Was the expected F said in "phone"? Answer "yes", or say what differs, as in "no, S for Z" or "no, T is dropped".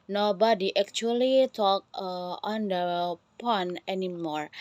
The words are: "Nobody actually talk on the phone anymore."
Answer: no, P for F